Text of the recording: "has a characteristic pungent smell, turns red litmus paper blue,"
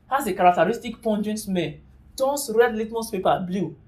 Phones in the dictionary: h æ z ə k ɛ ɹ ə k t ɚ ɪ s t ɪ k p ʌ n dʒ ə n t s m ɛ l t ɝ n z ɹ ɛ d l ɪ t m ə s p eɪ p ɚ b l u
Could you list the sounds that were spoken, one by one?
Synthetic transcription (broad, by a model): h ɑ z ə k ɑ ɹ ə k t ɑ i s t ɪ k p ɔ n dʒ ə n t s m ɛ n t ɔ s ɹ ɛ d l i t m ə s p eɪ p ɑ b l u